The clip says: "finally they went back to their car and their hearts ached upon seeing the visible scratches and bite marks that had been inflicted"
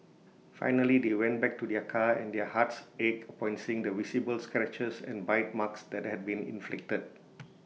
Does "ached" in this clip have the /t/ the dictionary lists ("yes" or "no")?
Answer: no